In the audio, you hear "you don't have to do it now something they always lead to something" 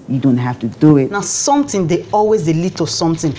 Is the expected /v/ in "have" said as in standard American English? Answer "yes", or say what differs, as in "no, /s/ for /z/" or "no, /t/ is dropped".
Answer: no, /f/ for /v/